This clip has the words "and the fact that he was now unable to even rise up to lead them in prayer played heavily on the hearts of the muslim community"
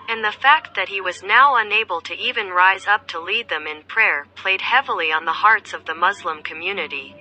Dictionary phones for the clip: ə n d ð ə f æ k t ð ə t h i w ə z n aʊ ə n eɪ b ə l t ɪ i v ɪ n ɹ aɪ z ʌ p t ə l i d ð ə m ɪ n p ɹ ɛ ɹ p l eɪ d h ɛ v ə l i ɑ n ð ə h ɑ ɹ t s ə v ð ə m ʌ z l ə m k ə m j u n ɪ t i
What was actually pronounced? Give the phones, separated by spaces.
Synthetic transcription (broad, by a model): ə n ð ə f æ k t ð ə t h i w ə z n aʊ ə n eɪ b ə l t ɪ i v ɪ n ɹ aɪ z ʌ p t ə l i d ð ə m ɪ n p ɹ ɛ ɹ p l eɪ d h ɛ v l i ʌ n ð ə h ɑ ɹ t s ə v ð ə m ʌ z l ə m k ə m j u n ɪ t i